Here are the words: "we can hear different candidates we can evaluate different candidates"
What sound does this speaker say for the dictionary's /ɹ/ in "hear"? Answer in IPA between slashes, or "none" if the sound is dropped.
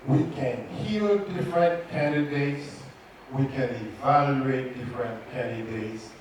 /l/